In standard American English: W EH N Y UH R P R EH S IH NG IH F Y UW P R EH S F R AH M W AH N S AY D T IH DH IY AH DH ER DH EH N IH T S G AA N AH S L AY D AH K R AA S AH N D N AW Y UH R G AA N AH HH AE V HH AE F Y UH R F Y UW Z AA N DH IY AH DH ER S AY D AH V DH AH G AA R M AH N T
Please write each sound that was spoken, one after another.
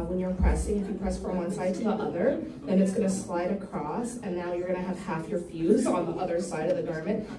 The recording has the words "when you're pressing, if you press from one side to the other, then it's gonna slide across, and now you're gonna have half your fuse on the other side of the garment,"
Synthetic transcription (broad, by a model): W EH N Y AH R P R EH S IH NG IH F Y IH P R EH S F R AH M W AH N S AY D T IH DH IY AH DH ER DH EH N IH T S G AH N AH S L AY D AH K R AA S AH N N AW Y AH R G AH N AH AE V HH AE F Y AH R F Y UW Z N DH IY AH DH ER S AY D AH V DH AH G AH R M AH N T